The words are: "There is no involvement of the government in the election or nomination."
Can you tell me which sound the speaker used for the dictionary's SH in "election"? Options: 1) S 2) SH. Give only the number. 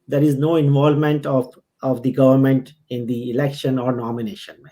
2